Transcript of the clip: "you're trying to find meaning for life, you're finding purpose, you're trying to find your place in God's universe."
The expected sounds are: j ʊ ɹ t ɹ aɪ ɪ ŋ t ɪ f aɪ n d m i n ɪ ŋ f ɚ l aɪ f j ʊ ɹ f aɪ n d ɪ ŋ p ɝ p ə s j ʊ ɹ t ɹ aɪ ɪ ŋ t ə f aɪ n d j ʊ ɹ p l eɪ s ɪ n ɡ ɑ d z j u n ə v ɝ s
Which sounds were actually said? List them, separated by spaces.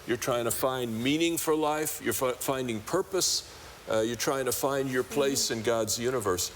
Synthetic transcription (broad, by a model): j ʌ ɹ t ɹ aɪ ɪ ŋ t ɪ f aɪ n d m i n ɪ ŋ f ɚ l aɪ f j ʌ ɹ f aɪ n d ɪ ŋ p ɝ p ə s j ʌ ɹ t ɹ aɪ ɪ ŋ t ə f aɪ n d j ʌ ɹ p l eɪ s ɪ n ɡ ɑ d z j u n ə v ɝ s